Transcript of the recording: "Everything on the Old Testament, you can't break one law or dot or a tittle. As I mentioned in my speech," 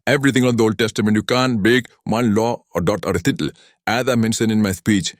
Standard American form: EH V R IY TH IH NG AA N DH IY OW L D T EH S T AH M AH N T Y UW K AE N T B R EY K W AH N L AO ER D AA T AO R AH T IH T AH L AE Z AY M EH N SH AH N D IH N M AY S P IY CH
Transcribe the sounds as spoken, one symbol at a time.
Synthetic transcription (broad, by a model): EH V R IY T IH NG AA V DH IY OW L D T EH S T AH M AH N T Y UW K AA N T B EY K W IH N L AO D AA T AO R AH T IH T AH L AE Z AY M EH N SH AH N IH N M AY S P IY CH